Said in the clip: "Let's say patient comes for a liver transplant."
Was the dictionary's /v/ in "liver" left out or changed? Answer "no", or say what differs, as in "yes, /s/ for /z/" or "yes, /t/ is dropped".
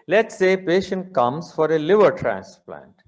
no